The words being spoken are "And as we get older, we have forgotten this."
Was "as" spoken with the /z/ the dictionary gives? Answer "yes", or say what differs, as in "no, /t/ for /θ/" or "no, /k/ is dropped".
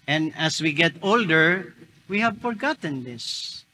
no, /s/ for /z/